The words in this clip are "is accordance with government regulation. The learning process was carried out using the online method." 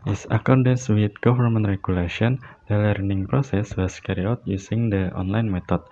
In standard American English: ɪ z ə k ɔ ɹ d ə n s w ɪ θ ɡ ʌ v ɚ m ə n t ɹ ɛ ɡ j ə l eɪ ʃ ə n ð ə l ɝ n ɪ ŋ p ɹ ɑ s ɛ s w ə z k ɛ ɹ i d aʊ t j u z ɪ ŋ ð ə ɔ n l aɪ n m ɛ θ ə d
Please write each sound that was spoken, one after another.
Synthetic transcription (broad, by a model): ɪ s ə k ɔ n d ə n s w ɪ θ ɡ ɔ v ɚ m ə n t ɹ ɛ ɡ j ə l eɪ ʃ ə n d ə l ɝ n ɪ ŋ p ɹ ɑ s ɛ s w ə s k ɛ ɹ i ɔ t j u s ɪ ŋ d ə ɔ n l aɪ n m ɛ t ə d